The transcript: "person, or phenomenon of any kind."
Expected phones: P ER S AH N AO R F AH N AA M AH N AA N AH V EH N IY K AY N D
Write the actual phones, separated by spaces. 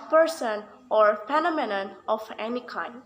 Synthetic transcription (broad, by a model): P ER S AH N AO R P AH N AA M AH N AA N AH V EH N IY K AY N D